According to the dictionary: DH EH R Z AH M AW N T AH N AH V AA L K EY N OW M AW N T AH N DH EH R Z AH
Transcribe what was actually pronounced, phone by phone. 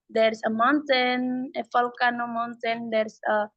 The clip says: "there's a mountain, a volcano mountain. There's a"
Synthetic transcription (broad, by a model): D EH R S AH M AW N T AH N AH F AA L K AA N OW M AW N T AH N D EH R S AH